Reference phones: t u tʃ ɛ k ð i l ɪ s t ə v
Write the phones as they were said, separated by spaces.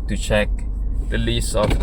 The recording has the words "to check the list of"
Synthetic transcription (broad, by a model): t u tʃ ɛ k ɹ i l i s ə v